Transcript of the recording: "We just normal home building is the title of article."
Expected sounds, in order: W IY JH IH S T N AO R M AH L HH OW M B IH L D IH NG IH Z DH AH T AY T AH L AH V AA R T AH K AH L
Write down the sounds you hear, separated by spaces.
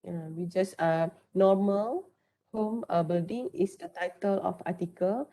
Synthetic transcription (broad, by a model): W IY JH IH S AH N AO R M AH L HH OW M B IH L D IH NG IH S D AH T AY T AH L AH F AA T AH K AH L